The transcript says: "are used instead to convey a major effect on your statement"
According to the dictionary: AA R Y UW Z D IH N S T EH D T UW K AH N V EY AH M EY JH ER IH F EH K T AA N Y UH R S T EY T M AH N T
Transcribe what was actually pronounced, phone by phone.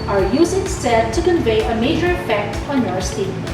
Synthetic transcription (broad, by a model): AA R Y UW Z IH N S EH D T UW K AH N V EY AH M EY JH ER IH F EH K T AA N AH R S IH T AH